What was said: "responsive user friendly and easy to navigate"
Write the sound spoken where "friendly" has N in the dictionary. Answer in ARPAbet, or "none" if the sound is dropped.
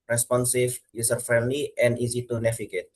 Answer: N